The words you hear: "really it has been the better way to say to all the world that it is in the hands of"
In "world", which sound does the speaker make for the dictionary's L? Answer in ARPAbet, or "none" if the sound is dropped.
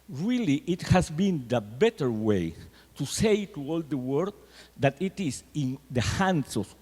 none